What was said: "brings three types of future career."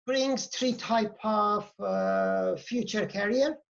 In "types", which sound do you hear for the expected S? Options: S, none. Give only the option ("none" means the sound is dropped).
none